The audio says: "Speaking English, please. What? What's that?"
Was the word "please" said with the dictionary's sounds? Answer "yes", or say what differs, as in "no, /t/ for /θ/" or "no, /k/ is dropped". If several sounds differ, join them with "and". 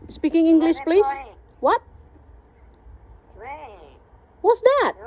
no, /s/ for /z/